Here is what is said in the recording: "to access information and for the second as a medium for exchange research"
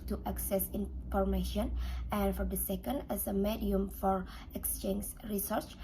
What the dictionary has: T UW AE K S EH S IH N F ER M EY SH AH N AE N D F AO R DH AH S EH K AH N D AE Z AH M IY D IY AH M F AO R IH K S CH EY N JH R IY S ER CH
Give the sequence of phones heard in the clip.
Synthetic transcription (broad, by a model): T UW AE K S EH S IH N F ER M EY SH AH N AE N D F AO R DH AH S EH K AH N D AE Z AH M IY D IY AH M F AO R IH K S CH EY N JH R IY S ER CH